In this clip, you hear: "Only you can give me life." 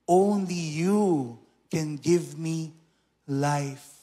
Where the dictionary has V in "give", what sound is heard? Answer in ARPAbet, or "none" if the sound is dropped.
V